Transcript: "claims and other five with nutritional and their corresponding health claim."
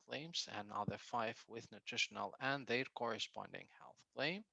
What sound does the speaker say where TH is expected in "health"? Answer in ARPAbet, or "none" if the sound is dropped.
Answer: TH